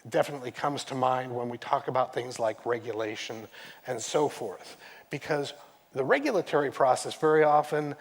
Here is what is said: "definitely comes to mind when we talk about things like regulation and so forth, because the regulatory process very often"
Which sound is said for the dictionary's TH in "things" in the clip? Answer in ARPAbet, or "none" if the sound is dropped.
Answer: TH